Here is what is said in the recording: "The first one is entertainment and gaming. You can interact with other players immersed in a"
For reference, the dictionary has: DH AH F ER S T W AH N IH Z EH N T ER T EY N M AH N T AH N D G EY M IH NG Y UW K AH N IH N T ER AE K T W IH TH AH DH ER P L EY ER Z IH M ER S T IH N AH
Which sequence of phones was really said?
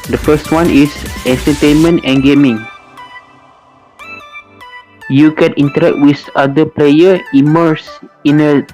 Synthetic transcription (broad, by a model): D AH F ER S T W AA N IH S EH N T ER T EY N M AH N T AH N G EY M IH NG Y UW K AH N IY N T ER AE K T W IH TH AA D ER P L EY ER IH M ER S IH N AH